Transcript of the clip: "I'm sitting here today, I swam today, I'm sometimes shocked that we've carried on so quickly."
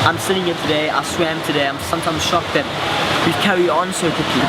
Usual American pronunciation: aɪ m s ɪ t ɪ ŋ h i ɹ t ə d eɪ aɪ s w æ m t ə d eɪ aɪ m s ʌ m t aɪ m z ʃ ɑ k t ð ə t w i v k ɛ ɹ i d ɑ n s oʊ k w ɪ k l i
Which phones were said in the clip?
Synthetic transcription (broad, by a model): aɪ m s ɪ t ɪ ŋ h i t ə d eɪ aɪ s w æ m t ə d eɪ aɪ m s ʌ m t aɪ m z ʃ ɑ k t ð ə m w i k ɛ ɹ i ɑ n s oʊ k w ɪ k l i